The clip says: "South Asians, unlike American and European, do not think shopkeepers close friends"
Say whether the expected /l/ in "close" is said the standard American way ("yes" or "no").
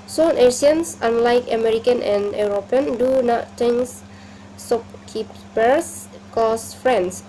no